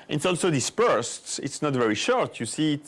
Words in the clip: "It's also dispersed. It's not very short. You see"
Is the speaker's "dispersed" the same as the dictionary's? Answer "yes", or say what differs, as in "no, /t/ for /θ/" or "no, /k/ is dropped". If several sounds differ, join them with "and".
yes